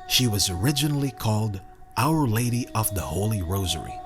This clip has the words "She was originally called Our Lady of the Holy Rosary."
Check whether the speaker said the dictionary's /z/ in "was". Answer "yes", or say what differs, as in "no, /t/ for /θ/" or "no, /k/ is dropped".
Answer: yes